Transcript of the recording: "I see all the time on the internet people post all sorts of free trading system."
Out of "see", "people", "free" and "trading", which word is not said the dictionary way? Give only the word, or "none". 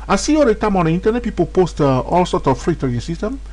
trading